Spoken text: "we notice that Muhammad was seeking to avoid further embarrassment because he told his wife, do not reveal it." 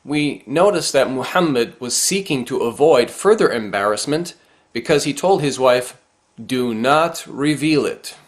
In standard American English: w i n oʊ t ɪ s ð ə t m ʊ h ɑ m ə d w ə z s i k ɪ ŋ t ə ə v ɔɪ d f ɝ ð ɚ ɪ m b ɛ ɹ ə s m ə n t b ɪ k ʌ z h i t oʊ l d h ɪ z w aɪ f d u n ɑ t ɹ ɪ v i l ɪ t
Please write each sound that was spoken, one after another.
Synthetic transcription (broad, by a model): w i n oʊ t ɪ s ð ə t m ʊ h ɑ m ə d w ə z s i k ɪ ŋ t ə ə v ɔɪ d f ɝ ð ɚ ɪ m b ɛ ɹ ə s m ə n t b ɪ k ʌ z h i t oʊ l d h ɪ z w aɪ f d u n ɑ t ɹ ɪ v i l ɪ t